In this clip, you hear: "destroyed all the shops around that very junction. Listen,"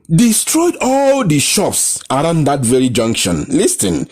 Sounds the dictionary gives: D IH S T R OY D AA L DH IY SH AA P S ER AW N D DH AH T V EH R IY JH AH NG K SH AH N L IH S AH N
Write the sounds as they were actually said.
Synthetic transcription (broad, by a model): D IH S T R OY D AA L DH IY SH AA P S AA AW N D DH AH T V EH R IY JH AH NG K SH AH N L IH S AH N